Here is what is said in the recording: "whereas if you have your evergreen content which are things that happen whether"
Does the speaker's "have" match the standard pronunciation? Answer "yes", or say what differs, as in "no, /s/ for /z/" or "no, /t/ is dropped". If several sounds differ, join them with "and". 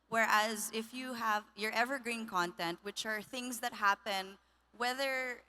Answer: yes